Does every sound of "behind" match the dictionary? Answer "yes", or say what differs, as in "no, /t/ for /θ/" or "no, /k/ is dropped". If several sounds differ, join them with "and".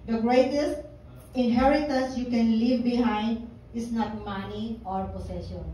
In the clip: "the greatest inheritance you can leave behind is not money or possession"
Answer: yes